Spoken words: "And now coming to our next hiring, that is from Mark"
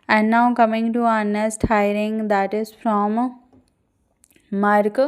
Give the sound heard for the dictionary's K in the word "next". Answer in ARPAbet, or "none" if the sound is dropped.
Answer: none